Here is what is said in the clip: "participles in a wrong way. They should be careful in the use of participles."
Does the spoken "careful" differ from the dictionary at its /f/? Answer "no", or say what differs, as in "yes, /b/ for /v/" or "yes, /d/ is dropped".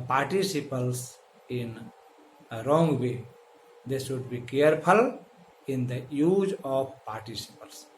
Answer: yes, /p/ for /f/